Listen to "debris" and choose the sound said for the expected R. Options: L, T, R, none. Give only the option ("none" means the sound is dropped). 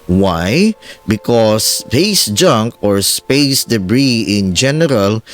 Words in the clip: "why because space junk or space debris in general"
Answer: R